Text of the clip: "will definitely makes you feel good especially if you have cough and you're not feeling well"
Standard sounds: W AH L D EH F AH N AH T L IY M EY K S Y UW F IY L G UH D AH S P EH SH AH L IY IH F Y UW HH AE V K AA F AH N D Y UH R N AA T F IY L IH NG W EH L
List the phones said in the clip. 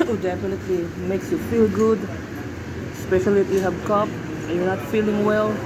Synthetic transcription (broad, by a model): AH D EH F AH N AH T L IY M EY K S Y UW F IY L G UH D S P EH SH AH L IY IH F Y UW HH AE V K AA P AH Y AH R N AA T F IY L IH NG W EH L